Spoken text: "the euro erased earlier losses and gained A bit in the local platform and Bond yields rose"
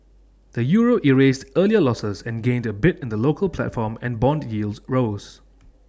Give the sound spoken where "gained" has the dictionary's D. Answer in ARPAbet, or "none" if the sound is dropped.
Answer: D